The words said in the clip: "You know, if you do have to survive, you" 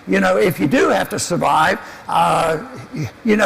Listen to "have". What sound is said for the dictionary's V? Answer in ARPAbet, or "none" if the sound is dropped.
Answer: F